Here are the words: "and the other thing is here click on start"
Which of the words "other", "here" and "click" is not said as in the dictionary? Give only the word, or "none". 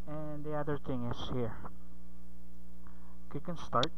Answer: click